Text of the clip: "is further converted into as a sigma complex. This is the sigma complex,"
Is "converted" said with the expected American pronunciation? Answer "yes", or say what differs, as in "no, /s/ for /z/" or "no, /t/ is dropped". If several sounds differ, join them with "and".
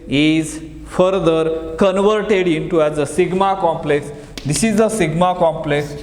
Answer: yes